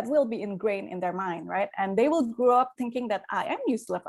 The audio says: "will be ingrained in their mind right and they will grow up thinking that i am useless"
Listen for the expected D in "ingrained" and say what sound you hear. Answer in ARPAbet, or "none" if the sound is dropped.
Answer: none